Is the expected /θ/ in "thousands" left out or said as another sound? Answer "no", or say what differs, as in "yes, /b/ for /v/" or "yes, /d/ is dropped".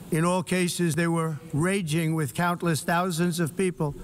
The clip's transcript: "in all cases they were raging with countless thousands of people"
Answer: no